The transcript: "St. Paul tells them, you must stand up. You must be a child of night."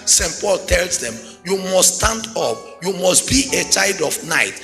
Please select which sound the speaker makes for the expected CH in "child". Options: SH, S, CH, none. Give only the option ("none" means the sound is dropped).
CH